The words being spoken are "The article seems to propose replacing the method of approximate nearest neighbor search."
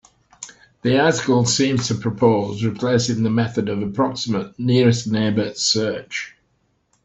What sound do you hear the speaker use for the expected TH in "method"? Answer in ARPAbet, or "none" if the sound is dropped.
TH